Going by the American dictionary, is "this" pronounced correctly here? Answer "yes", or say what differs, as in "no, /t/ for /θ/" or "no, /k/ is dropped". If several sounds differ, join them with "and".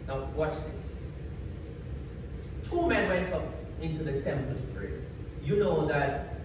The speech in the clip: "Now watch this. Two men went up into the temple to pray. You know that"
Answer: no, /s/ is dropped